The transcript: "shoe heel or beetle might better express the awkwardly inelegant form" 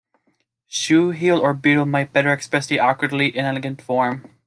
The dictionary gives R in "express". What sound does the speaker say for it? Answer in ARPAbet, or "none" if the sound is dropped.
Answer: none